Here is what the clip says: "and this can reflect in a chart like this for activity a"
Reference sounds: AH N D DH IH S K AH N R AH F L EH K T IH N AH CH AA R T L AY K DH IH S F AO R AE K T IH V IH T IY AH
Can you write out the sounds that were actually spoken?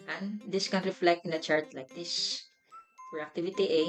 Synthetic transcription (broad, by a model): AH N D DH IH S K AH N R AH F L EH K T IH N AH CH AA R T L AY K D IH S P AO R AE K T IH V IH T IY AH